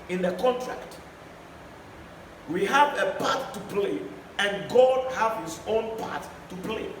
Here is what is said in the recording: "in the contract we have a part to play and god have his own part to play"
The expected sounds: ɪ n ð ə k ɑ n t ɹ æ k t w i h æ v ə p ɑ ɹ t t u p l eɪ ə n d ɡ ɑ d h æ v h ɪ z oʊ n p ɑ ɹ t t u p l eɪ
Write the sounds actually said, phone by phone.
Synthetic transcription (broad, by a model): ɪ n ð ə k ɑ n t ɹ æ k t w i h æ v ə p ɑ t t u p l eɪ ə n ɡ ɑ d h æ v h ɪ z oʊ n p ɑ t t u p l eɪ